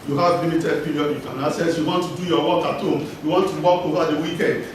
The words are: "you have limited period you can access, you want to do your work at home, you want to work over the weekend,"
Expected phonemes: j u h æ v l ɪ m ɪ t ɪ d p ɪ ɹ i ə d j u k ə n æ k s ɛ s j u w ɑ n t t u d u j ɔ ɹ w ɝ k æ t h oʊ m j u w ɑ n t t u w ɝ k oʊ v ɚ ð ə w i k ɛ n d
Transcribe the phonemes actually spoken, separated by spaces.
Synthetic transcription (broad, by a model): j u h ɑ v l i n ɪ t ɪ d p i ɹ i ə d j u k ə n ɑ s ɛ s j u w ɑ n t t u d u j ɔ w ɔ k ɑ t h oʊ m j u w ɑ n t t u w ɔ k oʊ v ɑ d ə w i k ɛ n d